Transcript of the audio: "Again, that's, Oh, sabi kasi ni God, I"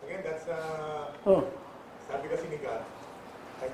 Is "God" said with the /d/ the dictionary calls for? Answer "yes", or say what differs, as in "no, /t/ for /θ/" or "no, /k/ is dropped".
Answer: no, /d/ is dropped